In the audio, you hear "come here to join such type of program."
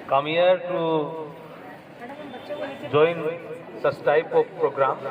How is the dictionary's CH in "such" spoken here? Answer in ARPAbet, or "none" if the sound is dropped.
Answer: S